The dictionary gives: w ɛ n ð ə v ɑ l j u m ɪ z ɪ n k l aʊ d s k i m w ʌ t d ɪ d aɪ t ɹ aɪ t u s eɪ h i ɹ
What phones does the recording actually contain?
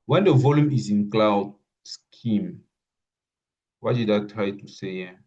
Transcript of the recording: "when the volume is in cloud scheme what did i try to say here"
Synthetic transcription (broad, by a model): w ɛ n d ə v ɑ l j u m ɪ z ɪ n k l aʊ d s k i m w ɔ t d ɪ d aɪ t ɹ aɪ t u s eɪ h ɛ